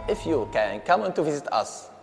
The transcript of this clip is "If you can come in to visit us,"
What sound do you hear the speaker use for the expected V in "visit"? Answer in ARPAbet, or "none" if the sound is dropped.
V